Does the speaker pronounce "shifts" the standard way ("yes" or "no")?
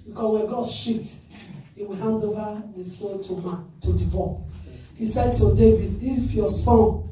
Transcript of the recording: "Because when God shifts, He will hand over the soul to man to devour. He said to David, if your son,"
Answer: no